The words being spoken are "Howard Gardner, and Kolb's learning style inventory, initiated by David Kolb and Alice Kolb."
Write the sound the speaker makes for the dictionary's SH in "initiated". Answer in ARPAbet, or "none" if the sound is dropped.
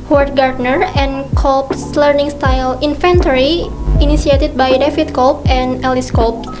S